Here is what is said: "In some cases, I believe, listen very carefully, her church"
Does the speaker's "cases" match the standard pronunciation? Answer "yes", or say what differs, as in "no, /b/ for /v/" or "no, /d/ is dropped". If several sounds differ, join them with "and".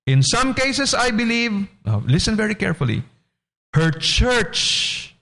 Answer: no, /s/ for /z/